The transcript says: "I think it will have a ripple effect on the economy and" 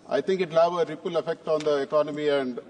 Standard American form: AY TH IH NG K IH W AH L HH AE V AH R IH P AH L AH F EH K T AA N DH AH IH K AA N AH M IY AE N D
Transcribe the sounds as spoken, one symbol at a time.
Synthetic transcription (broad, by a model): AY T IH NG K IH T L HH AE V AH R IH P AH L AH F EH K T AA N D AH IH K AA N AH M IY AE N D